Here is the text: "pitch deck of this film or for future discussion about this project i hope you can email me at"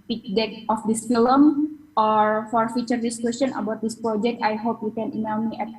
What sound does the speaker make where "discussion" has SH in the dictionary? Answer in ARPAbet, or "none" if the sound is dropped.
S